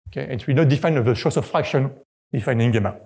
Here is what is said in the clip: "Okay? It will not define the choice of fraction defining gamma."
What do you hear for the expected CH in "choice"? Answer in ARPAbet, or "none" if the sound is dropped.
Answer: SH